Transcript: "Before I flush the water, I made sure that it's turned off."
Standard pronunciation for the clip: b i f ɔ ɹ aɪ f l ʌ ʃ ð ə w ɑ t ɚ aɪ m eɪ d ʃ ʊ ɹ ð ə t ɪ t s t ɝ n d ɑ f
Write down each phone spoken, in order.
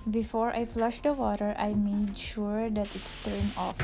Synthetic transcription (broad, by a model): b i f ɔ ɹ aɪ f l ʌ ʃ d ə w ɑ t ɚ aɪ m eɪ d ʃ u ɹ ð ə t ɪ t s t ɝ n ɑ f